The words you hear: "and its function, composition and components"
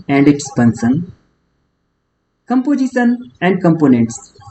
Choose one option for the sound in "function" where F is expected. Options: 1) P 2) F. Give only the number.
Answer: 1